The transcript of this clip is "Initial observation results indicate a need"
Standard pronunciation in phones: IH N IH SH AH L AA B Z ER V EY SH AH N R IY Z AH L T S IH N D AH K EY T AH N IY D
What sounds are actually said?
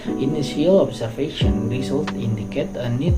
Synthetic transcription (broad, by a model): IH N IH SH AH L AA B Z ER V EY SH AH N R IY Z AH L T IH N D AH K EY T AH N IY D